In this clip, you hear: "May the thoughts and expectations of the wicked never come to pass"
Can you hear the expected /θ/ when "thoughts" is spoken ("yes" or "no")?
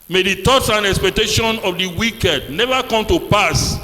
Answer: no